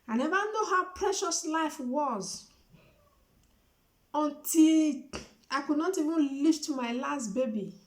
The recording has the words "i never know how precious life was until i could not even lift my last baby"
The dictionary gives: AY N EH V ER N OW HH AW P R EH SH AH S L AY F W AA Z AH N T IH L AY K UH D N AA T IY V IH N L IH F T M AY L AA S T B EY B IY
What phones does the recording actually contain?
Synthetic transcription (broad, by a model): AY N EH V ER N OW HH AW P R EH SH AH S L AY F W AA Z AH N T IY L AY K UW D N AA T IY V IH N L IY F T M AY L AA S T B EY B IY